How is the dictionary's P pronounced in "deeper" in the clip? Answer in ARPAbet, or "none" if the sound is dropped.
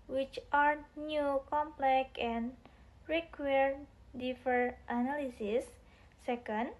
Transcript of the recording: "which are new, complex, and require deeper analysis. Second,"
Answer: F